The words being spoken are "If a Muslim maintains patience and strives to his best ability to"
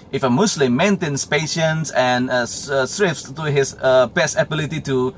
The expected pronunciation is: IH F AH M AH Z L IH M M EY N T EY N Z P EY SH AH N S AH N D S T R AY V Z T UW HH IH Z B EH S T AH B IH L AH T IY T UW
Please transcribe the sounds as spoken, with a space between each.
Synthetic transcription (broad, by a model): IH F AH M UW S L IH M M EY N T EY N S P EY SH AH N S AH N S S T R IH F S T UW HH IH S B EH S AH B IH L AH T IY T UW